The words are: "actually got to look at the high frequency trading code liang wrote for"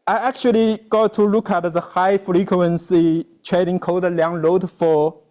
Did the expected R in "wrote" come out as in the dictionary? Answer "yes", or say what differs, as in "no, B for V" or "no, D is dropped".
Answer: no, L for R